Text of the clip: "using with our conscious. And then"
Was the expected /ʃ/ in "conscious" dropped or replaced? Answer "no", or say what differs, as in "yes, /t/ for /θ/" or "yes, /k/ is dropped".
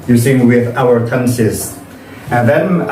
yes, /s/ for /ʃ/